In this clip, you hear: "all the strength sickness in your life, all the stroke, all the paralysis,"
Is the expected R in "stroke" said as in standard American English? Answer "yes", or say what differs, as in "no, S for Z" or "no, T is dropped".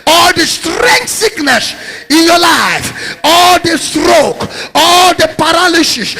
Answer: yes